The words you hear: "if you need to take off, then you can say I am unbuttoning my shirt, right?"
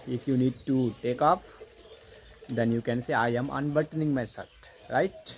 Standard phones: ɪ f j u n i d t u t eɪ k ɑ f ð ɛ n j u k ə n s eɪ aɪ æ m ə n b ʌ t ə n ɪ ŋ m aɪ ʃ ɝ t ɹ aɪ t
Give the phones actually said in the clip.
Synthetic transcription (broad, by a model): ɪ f j u n i d t u t eɪ k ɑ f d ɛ n j u k ə n s eɪ aɪ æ m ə n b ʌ t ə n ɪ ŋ m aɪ s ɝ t ɹ aɪ t